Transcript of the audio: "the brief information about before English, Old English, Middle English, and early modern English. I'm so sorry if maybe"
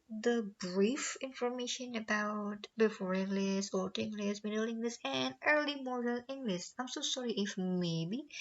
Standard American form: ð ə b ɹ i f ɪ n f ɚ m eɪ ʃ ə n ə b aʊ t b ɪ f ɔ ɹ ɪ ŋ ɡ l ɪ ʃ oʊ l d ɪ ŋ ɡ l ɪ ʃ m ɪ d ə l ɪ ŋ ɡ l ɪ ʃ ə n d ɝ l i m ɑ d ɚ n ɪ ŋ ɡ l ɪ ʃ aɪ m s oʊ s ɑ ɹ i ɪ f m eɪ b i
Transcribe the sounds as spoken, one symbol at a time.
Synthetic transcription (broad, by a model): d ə b ɹ i f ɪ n f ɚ m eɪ ʃ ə n ə b aʊ t b ɪ f ɔ ɹ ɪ ŋ ɡ l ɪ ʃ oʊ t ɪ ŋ ɡ l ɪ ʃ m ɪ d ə l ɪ ŋ ɡ l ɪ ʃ ə n d ɝ l i m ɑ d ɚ l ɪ ŋ ɡ l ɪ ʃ aɪ m s oʊ s ɑ ɹ i ɪ f m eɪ b i